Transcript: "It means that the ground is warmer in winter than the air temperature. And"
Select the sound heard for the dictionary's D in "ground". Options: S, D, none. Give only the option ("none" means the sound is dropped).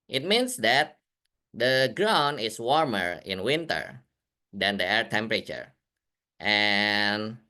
none